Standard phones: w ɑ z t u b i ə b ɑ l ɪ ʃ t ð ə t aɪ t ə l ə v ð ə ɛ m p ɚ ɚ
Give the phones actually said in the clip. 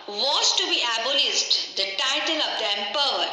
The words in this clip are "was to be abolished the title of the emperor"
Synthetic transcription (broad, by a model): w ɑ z t u b i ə b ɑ l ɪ s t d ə t aɪ t ə l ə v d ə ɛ m p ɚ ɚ